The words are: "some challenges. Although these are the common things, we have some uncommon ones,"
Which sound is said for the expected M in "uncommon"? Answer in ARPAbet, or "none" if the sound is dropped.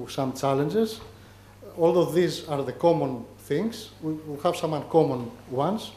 M